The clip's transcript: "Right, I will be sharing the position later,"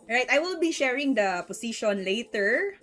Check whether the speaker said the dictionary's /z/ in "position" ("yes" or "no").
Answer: no